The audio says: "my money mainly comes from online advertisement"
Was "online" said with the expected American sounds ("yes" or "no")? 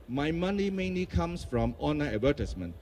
no